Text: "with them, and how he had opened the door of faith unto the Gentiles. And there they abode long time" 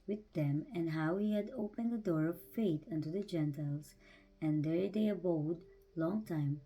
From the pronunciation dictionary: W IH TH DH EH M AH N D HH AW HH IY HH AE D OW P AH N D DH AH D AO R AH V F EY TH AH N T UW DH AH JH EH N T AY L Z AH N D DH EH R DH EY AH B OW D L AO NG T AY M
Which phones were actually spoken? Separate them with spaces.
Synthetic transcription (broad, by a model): W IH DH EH M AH N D HH AW HH IY HH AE D OW P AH N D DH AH D AO R AH V F EY T AH N T UW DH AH JH EH N T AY L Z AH N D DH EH R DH EY AH B OW D L AO NG T AY M